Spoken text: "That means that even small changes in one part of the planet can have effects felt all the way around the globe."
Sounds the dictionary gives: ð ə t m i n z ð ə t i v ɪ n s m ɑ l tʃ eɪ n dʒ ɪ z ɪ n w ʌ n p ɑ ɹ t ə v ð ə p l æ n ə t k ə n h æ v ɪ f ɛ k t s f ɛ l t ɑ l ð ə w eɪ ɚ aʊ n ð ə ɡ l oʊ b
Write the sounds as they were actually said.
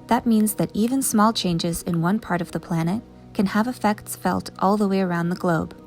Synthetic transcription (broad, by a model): ð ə t m i n z ð ə t i v ɪ n s m ɑ l tʃ eɪ n dʒ ɪ z ɪ n w ʌ n p ɑ ɹ t ə v ð ə p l æ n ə t k ə n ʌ v ɪ f ɛ k t s f ɛ l t ɑ l ð ə w eɪ ɚ aʊ n ð ə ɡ l oʊ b